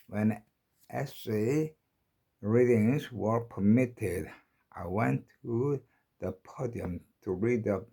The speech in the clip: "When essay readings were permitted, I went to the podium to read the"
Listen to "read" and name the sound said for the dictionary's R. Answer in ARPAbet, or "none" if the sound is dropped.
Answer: R